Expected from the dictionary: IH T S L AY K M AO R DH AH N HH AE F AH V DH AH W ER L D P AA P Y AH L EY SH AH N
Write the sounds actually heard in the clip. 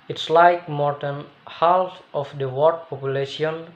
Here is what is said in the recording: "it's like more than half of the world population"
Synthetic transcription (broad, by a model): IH T S L AY K M AO R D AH N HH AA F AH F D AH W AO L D P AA P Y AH L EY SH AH N